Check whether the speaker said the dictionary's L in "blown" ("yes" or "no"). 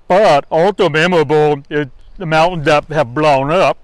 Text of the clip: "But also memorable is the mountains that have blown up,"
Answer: yes